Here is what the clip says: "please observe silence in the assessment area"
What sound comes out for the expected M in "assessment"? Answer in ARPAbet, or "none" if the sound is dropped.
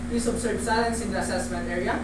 M